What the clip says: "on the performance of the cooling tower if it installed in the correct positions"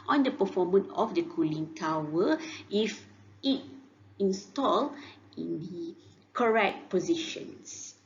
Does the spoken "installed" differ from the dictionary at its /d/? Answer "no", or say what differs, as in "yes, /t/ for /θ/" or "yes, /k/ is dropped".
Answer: yes, /d/ is dropped